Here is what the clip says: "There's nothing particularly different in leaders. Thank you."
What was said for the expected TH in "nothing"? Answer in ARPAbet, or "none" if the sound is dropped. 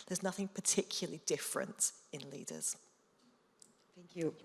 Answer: TH